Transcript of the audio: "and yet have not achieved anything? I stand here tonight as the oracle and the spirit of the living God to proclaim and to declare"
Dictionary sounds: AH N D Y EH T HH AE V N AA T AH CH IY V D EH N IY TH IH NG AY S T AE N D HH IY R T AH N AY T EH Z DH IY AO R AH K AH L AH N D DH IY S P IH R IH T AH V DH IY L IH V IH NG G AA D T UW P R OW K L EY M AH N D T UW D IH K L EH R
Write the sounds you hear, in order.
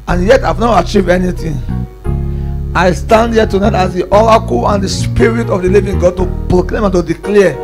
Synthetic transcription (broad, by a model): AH N Y EH T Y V N AA T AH CH IY V EH N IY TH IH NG AY S T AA N D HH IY T AH N AY T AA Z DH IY AO R AH K AH L AH N D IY S P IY R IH T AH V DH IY L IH V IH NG G AA D T UW P R OW K L EY M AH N T UW D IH K L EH